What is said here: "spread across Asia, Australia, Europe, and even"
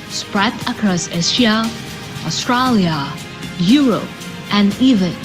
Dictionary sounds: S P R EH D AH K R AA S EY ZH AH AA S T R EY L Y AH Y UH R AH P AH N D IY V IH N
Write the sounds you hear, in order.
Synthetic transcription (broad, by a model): S P R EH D AH K R AA S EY S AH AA S T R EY L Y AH Y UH R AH P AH N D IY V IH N